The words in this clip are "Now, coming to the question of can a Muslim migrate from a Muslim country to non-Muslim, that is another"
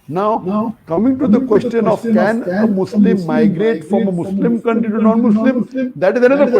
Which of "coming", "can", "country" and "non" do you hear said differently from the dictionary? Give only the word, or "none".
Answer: country